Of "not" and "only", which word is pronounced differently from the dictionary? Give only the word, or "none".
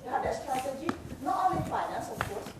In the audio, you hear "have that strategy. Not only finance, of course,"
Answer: only